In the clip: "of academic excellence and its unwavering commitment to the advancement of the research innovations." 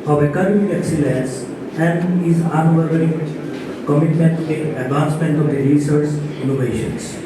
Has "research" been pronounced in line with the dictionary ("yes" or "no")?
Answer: no